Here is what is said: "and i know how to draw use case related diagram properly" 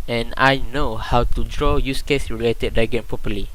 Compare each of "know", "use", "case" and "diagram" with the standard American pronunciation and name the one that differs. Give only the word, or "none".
diagram